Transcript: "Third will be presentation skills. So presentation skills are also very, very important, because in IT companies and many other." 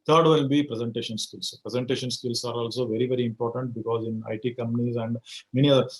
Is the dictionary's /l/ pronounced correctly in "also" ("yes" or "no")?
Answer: yes